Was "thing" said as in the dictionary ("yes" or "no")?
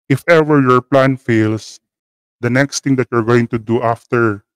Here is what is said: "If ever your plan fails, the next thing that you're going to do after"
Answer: no